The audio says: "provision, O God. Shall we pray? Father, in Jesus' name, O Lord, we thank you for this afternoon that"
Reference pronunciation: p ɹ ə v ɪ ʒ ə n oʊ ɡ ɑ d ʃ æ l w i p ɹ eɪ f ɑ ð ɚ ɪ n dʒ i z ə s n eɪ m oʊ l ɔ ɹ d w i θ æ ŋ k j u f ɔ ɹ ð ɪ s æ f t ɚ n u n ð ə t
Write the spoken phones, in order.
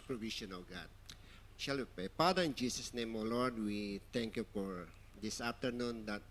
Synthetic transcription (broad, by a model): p ɹ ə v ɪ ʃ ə n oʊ ɡ ɑ d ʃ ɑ l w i p ɹ eɪ p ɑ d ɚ ɪ n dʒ i s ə s n eɪ m oʊ l ɔ ɹ d w i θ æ ŋ k j u f ɔ ɹ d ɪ s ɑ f t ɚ n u n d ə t